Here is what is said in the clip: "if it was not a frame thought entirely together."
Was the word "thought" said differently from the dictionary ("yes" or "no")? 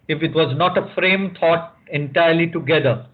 yes